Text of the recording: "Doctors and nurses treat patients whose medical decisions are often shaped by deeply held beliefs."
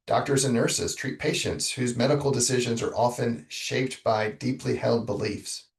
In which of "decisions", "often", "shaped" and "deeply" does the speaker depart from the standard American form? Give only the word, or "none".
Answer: none